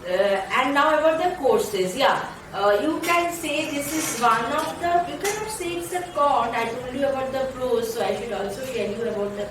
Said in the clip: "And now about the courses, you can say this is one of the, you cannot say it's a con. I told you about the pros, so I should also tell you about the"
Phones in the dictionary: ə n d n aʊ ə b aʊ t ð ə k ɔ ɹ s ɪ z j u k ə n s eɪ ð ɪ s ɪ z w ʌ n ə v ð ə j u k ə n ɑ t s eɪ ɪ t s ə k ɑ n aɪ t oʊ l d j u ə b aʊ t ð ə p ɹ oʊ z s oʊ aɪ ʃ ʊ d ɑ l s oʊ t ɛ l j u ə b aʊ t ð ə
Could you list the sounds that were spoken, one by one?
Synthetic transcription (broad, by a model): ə n d n aʊ ə b aʊ t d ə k ɔ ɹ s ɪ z j u k ə n s eɪ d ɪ s ɪ z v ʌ n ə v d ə j u k ə n ɑ t s eɪ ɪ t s ə k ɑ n aɪ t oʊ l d j u ə b aʊ t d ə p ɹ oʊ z s oʊ aɪ ʃ ʊ d ɑ l s oʊ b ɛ n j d ə b aʊ t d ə